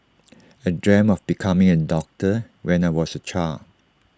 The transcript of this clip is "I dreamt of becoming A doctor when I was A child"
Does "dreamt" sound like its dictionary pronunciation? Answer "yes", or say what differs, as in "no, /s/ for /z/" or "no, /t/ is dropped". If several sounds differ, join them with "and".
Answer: no, /t/ is dropped